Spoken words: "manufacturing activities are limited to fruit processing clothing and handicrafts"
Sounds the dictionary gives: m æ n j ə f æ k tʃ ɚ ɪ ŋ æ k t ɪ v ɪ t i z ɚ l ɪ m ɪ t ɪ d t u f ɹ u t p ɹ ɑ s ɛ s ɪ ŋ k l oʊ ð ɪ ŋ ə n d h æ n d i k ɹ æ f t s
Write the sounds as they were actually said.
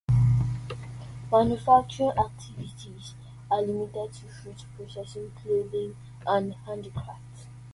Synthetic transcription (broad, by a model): m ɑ n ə f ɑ k tʃ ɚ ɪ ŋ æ k t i v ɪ t i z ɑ l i m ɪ t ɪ d t u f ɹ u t p ɹ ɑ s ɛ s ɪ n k l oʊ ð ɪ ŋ ə n d h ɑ n d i k ɹ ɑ f t